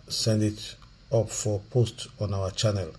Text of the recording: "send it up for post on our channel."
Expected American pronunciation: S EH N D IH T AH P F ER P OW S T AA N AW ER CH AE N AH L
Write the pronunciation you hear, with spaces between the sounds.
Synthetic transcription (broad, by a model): S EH N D IH T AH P F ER P OW S T AA N AW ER CH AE N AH L